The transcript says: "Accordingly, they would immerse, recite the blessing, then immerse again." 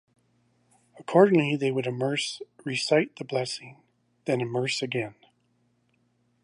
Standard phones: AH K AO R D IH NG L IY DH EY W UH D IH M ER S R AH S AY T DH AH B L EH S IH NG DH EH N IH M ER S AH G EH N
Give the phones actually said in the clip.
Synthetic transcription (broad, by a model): AH K AO R D IH NG L IY DH EY W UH D IH M ER S R AH S AY T DH AH B L EH S IH NG DH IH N IH M ER S AH G EH N